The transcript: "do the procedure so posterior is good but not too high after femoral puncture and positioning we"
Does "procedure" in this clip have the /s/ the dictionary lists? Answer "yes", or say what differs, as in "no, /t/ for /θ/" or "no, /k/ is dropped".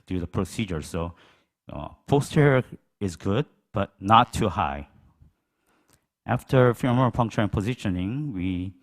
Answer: yes